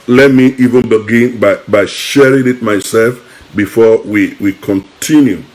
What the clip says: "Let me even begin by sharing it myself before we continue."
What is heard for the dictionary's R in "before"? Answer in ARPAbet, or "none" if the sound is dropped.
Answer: W